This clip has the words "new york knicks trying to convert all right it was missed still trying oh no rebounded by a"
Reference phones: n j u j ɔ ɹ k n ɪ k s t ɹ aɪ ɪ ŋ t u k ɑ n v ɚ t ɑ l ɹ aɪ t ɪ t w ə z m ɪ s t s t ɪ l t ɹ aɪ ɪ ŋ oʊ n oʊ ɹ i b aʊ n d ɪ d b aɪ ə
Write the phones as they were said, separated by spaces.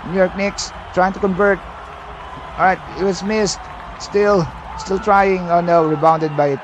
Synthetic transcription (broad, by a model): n j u j ɔ ɹ k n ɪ k s t ɹ aɪ ɪ ŋ t u k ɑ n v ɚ t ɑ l ɹ aɪ t ɪ t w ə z m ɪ s t s t ɪ l t ɹ aɪ ɪ ŋ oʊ n oʊ ɹ i b aʊ n d ɪ d b aɪ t